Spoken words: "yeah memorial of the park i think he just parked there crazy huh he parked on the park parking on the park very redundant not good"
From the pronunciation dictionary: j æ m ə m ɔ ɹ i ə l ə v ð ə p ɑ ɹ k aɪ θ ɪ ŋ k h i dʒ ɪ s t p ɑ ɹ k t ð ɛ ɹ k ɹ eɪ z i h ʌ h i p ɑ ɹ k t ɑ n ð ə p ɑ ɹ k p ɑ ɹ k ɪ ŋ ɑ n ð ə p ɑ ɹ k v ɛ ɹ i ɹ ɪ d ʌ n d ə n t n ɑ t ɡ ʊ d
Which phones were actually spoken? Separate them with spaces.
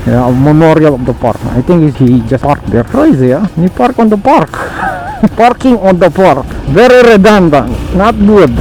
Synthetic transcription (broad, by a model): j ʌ m ə m ɔ ɹ i ə l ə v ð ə p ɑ ɹ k aɪ t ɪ ŋ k h i dʒ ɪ s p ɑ ɹ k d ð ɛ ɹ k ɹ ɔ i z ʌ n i p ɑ ɹ k ɑ n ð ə p ɑ ɹ k p ɑ ɹ k ɪ ŋ ɑ n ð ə p ɑ ɹ k v ɛ ɹ i ɹ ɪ d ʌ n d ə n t n ɑ t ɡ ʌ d